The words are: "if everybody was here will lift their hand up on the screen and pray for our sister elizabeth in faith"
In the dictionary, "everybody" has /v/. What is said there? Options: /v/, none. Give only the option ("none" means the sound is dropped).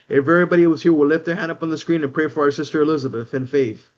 none